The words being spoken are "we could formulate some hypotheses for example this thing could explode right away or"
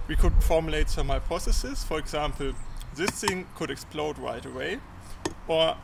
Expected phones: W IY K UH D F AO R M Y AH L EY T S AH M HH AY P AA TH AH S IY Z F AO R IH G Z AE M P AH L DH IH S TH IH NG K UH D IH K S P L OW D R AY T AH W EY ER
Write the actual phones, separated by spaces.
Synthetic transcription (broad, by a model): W IY K UH D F AO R M Y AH L EY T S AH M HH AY P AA S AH S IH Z F AO R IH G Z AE M P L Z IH S T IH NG K UH D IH K S P L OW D R AY T AH W EY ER